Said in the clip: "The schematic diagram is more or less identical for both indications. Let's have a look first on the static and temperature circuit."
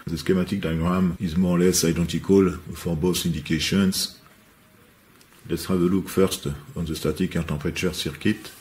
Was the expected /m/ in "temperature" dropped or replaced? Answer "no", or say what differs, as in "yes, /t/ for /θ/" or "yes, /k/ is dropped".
yes, /m/ is dropped